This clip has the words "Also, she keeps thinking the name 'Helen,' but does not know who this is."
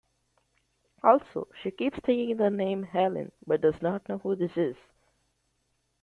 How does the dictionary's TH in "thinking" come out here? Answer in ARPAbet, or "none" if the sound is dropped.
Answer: T